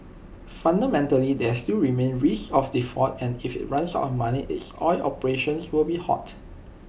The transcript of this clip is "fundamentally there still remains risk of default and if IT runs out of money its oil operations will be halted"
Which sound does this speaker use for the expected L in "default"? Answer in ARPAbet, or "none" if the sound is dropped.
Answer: none